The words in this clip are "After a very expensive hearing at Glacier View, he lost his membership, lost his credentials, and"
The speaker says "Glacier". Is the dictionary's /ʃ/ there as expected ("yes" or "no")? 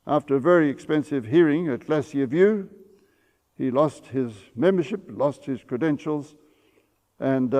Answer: no